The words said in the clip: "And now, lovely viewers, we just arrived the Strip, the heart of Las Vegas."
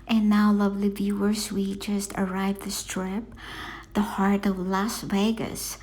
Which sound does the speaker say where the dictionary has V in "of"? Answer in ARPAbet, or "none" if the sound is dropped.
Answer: V